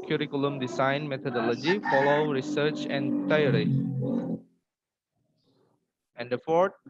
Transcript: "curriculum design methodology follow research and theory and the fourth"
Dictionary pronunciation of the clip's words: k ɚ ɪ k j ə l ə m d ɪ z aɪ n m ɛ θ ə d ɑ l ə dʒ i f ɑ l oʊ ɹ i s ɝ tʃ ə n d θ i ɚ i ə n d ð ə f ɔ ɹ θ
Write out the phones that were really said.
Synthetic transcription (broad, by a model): k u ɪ k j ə l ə m d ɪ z aɪ n m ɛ t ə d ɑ l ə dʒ i f ɑ l oʊ ɹ i s ɝ tʃ ə n d t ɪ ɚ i ə n d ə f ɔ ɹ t